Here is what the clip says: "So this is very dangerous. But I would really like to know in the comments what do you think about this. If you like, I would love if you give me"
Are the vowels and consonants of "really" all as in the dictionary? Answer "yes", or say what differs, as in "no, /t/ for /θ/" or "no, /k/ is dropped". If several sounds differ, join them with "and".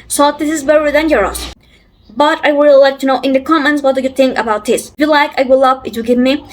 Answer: no, /l/ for /ɹ/ and /l/ is dropped